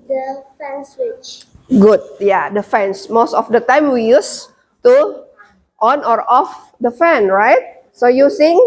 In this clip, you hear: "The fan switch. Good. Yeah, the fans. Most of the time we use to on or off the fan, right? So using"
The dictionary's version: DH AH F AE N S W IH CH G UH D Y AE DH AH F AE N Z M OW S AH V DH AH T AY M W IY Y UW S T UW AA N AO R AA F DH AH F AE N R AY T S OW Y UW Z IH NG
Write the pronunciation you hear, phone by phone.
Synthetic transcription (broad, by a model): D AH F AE N S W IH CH G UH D Y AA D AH F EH N S M OW S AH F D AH T AY M W IY Y UW S T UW AA N AO R AA F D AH F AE N R AY T S OW Y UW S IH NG